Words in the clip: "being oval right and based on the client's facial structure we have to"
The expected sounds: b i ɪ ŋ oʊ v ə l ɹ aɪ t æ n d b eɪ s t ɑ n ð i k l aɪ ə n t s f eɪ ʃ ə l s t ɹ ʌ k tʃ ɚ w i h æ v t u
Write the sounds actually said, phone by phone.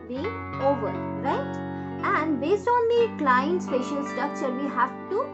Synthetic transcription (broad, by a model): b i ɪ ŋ oʊ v ə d ɹ aɪ t æ n d b eɪ s t ɑ n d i k l aɪ ə n t s p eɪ ʃ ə l s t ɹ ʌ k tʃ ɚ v i h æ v t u